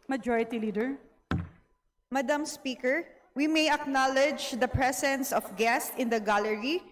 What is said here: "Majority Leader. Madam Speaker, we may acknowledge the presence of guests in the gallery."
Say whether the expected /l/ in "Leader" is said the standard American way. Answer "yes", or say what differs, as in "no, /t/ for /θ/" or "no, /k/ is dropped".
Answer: yes